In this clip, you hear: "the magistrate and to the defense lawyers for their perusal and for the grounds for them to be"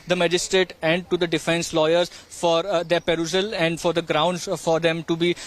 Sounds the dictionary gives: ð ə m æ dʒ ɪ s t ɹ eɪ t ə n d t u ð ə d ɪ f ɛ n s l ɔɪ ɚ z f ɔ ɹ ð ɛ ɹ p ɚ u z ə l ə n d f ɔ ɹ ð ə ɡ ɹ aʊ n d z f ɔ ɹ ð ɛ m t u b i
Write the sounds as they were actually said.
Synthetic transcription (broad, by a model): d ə m æ dʒ ɪ s t ɹ eɪ t ə n d t u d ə d ɪ f ɛ n s l ɔɪ ɚ z f ɔ ɹ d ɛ ɹ p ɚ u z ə l ə n d f ɔ ɹ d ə ɡ ɹ aʊ n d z f ɔ ɹ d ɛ m t u b i